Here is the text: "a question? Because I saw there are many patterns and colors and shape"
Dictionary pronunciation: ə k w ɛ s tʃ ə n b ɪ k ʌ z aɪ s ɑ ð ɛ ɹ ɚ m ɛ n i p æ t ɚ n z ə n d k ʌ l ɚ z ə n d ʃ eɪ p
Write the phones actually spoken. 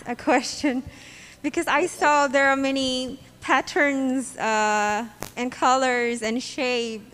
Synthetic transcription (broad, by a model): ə k w ɛ s tʃ ə n b ɪ k ʌ z aɪ s ɑ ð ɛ ɹ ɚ m ɛ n i p æ t ɚ n z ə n k ʌ l ɚ z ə n ʃ eɪ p